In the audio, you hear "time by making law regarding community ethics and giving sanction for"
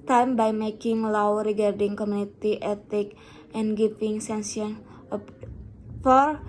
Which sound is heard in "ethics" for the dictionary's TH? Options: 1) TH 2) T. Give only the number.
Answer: 2